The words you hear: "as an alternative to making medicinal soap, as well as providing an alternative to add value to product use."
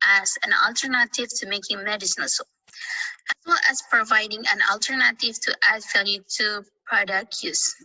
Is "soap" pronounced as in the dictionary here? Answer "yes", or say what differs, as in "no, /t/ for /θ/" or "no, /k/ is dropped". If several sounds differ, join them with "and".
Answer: no, /p/ is dropped